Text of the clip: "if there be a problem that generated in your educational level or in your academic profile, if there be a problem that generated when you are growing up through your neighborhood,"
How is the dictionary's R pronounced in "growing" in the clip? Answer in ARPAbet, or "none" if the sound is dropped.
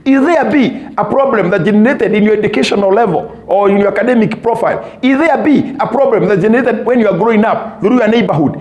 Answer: R